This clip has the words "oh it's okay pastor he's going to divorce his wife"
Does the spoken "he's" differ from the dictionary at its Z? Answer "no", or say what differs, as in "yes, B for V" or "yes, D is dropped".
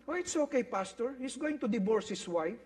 yes, S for Z